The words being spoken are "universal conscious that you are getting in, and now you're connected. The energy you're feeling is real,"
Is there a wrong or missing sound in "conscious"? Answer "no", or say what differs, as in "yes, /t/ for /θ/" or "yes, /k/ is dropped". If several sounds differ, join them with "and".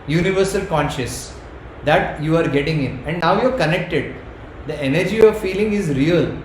no